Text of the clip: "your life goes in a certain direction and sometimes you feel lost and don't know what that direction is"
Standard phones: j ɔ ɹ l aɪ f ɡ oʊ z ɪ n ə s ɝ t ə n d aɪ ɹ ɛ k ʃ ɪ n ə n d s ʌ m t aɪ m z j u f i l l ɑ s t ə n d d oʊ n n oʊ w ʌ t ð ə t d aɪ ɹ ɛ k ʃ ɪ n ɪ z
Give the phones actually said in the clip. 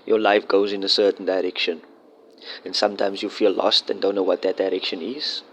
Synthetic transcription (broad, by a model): j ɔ l aɪ f ɡ oʊ z ɪ n ə s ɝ t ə n d aɪ ɹ ɛ k ʃ ɪ n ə n s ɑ m t aɪ m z j u f i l l ɑ s t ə n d d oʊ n n oʊ w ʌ t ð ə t d aɪ ɹ ɛ k ʃ ɪ n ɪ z